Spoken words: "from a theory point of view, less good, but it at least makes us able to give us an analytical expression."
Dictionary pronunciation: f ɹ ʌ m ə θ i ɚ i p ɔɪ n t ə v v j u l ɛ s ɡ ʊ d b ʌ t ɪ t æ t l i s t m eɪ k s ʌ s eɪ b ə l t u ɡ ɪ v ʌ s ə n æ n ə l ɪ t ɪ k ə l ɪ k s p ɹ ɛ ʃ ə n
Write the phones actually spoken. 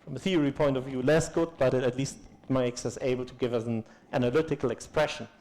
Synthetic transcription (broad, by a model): f ɹ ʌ m ə θ i ɚ i p ɔɪ n t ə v v j u l ɛ s ɡ ʊ d b ʌ t ɪ t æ t l i s t m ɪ k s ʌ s eɪ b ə l t u ɡ ɪ v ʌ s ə n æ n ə l ɪ t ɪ k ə l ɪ k s p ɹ ɛ ʃ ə n